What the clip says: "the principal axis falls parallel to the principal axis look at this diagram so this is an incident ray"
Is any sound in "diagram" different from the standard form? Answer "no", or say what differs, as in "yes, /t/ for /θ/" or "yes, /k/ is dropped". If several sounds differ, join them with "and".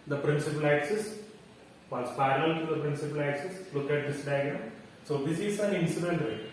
yes, /ɹ/ is dropped